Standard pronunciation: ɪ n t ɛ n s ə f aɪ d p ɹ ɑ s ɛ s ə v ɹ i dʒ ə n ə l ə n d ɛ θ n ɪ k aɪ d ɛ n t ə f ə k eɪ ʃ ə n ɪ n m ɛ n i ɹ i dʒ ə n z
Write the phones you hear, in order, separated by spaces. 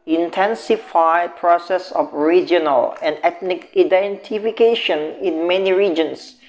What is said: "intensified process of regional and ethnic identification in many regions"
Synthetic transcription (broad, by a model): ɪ n t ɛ n s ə f aɪ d p ɹ ɑ s ɛ s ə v ɹ i dʒ ə n ə l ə n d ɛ t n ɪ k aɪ d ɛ n t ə f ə k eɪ ʃ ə n ɪ n m ɛ n i ɹ i dʒ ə n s